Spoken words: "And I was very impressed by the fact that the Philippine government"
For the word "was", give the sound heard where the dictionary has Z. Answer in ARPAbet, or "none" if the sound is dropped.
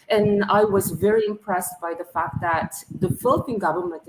Z